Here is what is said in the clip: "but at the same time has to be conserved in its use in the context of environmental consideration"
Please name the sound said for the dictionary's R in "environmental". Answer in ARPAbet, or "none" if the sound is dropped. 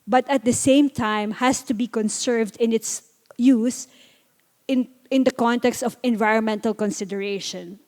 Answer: R